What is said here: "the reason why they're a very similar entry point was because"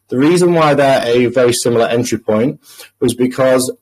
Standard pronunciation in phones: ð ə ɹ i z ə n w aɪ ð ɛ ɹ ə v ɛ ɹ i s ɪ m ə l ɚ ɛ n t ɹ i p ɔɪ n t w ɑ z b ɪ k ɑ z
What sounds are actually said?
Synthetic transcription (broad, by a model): ð ə ɹ i z ə n w aɪ ð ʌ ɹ ə v ɛ ɹ i s ɪ m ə l ɚ ɛ n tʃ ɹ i p ɔɪ n t w ɑ z b ɪ k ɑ z